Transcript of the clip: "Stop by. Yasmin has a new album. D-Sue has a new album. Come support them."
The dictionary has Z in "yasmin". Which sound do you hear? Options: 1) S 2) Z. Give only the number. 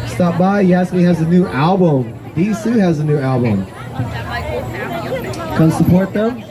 1